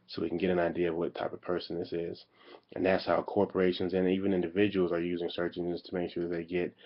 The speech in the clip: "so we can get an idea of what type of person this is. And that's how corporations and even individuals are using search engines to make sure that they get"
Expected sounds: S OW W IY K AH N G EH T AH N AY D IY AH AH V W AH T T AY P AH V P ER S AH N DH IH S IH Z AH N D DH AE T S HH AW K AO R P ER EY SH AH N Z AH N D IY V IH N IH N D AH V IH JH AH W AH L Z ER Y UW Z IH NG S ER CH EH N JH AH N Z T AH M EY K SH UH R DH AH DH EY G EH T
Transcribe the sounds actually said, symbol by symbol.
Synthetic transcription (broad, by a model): S OW W IY K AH N G EH T AH N AY D IY AH AH V W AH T T AY P AH V P ER S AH N DH IH S IH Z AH N DH AE T S HH AW K AO R P ER EY SH AH N Z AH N IY V IH N IH N D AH V IH JH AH W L Z ER Y UW Z IH NG S ER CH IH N AH Z T AH M EY K SH UH R DH AH DH EY G EH T